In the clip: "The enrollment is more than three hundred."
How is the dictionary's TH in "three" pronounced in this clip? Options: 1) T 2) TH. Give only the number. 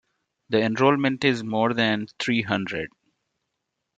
1